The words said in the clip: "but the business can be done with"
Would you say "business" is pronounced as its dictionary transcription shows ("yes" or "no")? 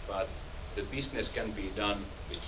no